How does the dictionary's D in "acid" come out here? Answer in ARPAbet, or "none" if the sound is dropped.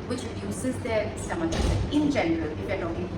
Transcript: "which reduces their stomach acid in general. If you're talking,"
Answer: none